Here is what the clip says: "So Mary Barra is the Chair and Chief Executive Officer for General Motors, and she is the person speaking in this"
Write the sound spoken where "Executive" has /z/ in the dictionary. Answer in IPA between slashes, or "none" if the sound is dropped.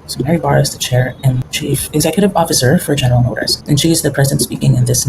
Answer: /z/